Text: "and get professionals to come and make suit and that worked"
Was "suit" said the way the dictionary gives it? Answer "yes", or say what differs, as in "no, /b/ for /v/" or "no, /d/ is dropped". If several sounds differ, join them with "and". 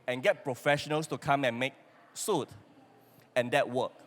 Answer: yes